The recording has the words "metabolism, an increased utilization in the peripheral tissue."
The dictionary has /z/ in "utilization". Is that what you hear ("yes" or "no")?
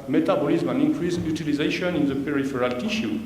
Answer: yes